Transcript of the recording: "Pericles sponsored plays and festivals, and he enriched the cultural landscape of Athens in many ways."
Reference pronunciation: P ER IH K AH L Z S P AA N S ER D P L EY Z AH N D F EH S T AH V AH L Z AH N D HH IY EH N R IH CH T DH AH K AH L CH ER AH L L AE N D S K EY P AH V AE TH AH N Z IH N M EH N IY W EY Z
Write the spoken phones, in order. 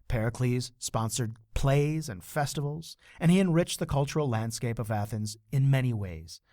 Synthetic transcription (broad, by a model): P ER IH K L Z S P AA N S ER D P L EY Z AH N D F EH S T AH V L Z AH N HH IY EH N R IH CH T DH AH K AH L CH ER L L AE N D S K EY P AH V AE TH AH N Z IH N M EH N IY W EY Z